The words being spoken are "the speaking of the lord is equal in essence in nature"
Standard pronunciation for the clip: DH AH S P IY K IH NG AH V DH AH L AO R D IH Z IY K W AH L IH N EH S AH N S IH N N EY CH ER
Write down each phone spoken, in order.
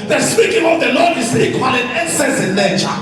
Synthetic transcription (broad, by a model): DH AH S P IY K IH NG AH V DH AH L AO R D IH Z IY K W AH L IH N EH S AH S IH N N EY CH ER